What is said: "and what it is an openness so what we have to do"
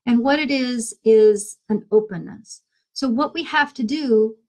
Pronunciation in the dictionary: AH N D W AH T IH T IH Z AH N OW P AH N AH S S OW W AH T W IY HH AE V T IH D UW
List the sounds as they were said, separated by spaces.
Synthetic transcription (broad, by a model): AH N W AH T IH T IH Z AH N OW P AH N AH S S OW W AH T W IY HH AE F T IH D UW